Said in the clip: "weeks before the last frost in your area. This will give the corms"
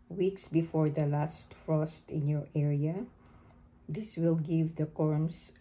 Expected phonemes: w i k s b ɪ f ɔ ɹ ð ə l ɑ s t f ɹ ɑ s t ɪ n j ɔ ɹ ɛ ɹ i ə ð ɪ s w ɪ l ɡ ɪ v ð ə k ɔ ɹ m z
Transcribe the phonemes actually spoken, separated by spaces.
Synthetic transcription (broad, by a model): w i k s b ɪ f ɔ ɹ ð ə l ɑ s t f ɹ ɑ s t ɪ n j ɔ ɹ ɛ ɹ i ə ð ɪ s w ɪ l ɡ ɪ v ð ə k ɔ ɹ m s